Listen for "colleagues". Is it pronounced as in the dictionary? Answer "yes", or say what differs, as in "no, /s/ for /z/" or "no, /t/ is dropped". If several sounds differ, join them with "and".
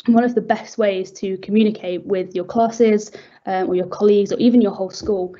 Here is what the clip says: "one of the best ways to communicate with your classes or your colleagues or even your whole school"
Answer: yes